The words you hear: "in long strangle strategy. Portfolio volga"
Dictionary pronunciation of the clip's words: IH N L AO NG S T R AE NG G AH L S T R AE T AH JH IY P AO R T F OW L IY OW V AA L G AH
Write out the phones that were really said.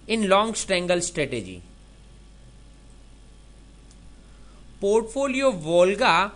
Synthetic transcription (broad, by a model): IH N L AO NG S T EH NG G AH L S T R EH T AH JH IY P AO R T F OW L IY OW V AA L G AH